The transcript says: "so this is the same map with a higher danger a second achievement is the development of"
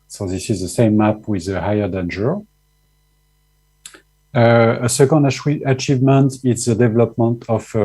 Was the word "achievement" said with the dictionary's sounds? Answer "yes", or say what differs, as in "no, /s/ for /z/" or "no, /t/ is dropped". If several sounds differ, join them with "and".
yes